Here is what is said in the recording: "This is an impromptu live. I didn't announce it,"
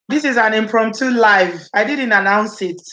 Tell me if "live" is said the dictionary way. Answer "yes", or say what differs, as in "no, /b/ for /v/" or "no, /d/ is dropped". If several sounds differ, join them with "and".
yes